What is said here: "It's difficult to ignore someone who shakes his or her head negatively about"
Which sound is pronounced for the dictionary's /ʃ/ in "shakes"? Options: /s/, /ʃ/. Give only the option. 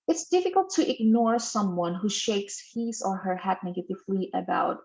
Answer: /ʃ/